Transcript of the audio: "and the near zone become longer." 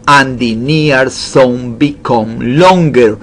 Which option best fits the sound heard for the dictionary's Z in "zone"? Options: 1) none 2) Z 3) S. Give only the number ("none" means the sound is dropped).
3